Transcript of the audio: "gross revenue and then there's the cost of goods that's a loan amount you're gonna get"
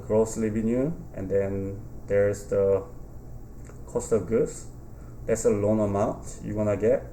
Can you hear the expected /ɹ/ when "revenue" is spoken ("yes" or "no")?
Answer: no